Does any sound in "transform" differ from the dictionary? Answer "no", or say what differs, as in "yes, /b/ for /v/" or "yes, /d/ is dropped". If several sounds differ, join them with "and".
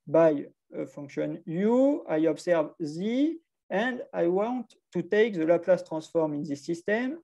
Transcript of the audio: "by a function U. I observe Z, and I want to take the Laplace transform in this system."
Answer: yes, /n/ is dropped